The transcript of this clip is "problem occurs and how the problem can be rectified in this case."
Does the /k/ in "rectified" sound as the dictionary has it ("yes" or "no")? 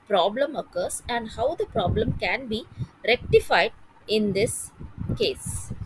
yes